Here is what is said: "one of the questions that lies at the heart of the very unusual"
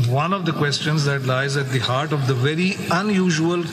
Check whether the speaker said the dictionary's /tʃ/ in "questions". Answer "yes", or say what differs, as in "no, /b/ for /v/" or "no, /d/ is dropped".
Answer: yes